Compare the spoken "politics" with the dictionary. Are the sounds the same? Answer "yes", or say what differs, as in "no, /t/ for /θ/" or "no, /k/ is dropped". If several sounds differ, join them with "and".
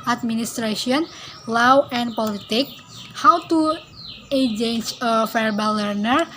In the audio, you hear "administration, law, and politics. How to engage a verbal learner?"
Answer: no, /s/ is dropped